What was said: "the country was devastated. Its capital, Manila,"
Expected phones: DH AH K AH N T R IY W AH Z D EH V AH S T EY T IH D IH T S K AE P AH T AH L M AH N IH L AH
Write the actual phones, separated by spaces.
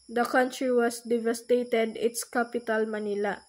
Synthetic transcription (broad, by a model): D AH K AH N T R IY W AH S D EH V AH S T EY T IH D IH T S K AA P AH T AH L M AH N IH L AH